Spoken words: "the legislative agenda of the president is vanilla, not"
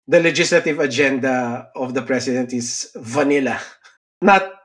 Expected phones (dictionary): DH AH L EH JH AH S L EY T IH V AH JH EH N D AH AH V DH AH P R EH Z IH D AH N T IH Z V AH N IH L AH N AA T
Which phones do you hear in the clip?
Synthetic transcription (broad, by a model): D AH L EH JH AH S L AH T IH V AH JH EH N D AH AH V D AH P R EH S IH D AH N T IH S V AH N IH L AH N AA T